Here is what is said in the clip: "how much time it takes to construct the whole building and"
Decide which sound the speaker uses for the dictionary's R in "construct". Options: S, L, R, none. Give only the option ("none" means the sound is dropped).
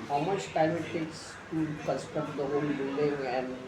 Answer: none